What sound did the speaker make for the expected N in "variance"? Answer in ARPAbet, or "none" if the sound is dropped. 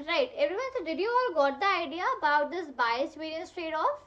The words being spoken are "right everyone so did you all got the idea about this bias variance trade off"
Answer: none